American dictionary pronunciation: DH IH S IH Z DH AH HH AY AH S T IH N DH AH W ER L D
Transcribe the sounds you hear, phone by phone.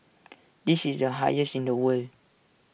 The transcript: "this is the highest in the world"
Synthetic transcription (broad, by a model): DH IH S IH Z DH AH HH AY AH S IH N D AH W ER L